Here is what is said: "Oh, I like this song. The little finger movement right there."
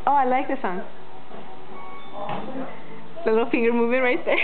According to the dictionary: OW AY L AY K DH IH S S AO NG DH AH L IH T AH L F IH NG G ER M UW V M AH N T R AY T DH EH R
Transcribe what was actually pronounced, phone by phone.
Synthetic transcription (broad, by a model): OW AY L AY K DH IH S S AO NG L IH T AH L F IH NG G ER M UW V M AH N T R AY T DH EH